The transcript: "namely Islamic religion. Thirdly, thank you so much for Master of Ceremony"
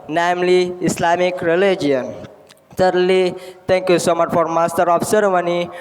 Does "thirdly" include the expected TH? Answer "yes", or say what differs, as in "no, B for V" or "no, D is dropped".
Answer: no, S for TH